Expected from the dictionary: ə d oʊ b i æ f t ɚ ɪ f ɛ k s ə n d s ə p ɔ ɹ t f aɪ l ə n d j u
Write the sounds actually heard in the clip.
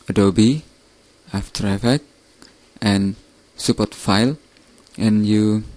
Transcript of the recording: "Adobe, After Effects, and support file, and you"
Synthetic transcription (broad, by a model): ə d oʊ b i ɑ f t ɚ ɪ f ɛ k ə n s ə p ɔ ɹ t f aɪ l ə n j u